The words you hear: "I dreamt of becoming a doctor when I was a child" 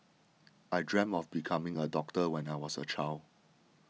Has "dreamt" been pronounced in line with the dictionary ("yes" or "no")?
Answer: no